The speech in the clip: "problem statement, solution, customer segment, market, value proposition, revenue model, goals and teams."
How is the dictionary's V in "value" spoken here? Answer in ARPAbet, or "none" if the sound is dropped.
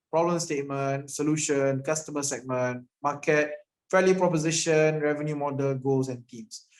F